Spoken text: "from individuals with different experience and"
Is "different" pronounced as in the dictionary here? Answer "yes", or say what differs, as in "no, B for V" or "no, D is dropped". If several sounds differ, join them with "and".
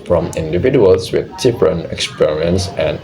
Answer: no, P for F and T is dropped